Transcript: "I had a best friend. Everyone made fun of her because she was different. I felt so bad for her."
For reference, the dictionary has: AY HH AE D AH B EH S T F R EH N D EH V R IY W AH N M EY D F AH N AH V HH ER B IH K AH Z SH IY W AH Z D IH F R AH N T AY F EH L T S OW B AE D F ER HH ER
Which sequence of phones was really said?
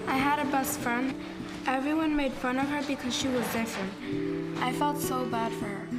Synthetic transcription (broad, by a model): AY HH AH D AH B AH S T F R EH N D EH V R IY W AH N M EY D F AH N AH V ER B IH K AH Z SH IY W AH Z D IH F R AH N T AY F EH L T S OW B AE D F ER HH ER